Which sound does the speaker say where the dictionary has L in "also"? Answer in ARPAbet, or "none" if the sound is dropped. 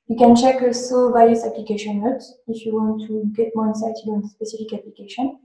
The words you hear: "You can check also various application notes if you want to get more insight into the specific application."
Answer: none